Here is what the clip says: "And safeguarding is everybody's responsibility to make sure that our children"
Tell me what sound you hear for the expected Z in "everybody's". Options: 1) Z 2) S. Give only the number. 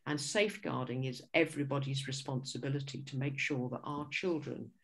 1